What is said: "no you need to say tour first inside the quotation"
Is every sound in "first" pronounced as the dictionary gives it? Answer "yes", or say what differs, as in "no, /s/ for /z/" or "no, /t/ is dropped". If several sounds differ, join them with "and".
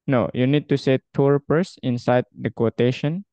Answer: no, /p/ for /f/ and /t/ is dropped